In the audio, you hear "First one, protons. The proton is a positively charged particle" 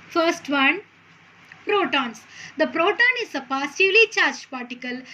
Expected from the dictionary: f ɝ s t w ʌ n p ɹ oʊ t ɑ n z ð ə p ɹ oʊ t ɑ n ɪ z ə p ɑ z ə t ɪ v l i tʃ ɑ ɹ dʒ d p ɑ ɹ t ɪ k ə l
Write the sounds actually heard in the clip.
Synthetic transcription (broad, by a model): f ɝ s t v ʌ n p ɹ oʊ t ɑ n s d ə p ɹ oʊ t ɑ n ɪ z ə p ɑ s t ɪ l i tʃ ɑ ɹ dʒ p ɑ ɹ t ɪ k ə l